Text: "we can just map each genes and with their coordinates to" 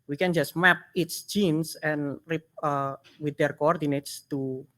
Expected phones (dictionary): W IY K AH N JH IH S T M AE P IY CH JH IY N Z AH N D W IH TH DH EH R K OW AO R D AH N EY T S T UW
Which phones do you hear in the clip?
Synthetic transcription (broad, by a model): W IY K AH N JH IH S T M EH P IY S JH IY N S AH N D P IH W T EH R K OW AO R D AH N EY T S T UW